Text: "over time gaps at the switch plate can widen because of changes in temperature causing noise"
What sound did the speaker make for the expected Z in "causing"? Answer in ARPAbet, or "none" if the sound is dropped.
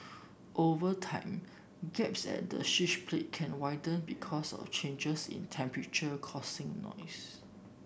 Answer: S